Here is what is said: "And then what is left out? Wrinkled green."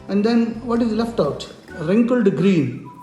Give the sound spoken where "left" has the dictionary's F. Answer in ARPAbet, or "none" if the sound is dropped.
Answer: F